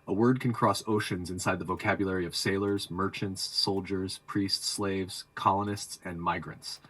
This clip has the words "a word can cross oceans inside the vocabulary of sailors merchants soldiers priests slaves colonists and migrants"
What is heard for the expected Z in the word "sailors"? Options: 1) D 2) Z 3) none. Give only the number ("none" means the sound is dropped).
2